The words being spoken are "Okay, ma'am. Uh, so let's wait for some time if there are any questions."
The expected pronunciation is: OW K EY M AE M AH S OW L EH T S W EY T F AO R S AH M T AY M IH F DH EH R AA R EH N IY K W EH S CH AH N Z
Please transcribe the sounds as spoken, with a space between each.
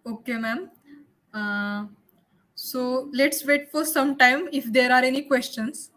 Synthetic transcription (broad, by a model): OW K EY M AE M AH S OW L EH T S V EY T F AO R S AH M T AY M IH F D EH R AA R EH N IY K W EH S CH AH N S